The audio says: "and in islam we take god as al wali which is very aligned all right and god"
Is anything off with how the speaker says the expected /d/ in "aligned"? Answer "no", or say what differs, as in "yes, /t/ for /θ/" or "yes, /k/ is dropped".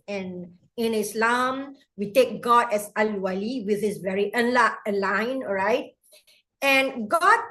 yes, /d/ is dropped